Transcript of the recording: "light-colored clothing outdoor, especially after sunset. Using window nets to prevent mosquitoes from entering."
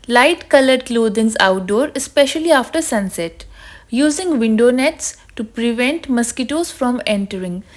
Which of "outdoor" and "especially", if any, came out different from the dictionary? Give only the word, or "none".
none